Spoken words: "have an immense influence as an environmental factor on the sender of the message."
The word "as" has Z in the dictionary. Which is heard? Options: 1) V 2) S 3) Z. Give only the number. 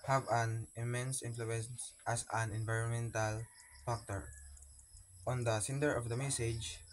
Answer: 2